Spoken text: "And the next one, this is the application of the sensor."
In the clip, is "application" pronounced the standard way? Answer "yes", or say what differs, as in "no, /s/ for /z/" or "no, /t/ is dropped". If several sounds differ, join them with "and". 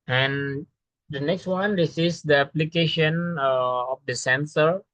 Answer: yes